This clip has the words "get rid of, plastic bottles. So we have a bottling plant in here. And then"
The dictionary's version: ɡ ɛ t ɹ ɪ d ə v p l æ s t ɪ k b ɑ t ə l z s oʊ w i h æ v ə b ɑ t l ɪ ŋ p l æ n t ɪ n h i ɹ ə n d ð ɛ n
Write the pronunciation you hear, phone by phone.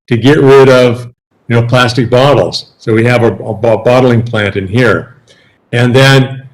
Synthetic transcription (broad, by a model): ɡ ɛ t ɹ ɪ d ə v p l æ s t ɪ k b ɑ t l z s oʊ w i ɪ v ə b ɑ t l ɪ ŋ p l æ n t ɪ n h i ɹ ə n ð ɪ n